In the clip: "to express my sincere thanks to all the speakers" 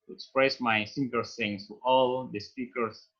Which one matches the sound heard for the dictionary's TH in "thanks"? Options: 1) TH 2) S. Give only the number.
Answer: 2